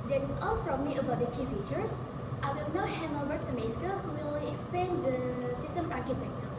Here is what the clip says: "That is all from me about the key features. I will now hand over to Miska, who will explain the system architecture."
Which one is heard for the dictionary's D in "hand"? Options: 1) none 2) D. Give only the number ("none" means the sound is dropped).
1